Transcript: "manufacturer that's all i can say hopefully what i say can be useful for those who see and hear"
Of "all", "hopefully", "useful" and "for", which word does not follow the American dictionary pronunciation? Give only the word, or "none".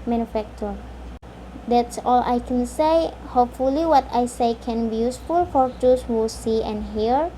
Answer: none